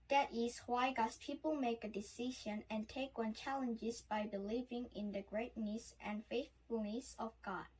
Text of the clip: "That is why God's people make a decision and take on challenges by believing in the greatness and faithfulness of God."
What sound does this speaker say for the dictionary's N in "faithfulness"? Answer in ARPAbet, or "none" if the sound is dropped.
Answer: N